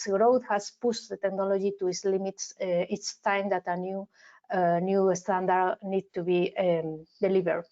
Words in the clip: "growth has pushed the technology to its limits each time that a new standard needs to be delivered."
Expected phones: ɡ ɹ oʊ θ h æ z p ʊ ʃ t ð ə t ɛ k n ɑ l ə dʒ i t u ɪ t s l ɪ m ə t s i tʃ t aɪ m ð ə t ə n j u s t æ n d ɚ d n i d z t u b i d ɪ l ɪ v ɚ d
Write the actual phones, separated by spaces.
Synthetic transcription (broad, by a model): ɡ ɹ oʊ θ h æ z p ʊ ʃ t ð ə t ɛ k n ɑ l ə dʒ i t u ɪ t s l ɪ m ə t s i s t aɪ m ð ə t ə n j u s t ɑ n d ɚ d n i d t u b i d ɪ l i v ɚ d